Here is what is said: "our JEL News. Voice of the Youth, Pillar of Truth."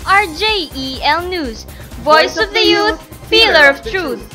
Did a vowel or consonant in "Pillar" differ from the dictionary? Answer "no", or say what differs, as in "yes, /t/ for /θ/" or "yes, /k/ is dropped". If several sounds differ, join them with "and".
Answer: yes, /f/ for /p/